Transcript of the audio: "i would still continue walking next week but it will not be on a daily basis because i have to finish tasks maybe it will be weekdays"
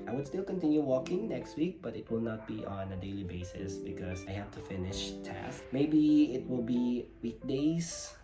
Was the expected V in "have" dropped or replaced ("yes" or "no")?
yes